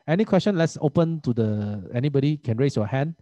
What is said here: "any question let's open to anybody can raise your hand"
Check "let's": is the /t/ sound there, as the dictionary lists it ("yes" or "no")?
yes